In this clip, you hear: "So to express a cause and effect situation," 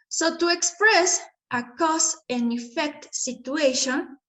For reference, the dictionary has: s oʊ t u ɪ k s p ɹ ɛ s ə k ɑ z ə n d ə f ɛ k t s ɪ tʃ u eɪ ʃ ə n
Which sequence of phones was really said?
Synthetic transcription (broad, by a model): s oʊ t u ɪ k s p ɹ ɛ s ə k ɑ s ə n ə f ɛ k t s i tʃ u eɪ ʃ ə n